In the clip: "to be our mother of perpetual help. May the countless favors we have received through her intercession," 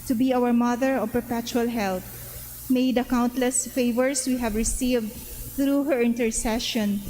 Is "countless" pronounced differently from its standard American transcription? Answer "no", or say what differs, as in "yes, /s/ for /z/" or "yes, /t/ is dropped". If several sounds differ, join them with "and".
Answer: no